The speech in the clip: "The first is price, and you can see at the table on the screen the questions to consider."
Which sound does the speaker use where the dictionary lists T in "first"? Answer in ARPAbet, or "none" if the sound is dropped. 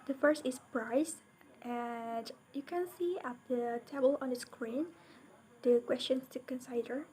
T